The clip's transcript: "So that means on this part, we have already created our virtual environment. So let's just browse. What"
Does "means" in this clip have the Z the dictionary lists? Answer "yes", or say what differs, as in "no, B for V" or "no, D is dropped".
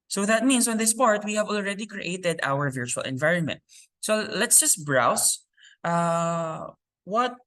no, S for Z